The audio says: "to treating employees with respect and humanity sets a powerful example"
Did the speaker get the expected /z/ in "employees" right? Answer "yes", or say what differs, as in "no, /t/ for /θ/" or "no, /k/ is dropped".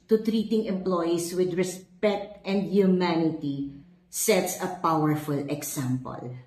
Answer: no, /s/ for /z/